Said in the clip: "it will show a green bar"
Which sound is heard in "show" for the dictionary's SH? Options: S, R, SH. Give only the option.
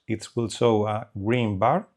S